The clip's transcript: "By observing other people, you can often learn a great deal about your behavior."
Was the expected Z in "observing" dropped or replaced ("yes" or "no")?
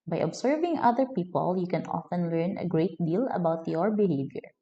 yes